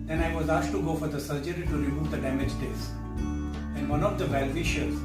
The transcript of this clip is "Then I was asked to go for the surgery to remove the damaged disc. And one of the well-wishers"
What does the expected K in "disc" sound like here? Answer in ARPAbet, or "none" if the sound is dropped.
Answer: none